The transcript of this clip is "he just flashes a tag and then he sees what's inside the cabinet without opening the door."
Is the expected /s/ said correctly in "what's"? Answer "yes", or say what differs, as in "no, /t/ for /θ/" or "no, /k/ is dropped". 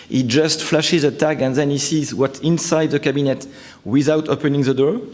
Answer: no, /s/ is dropped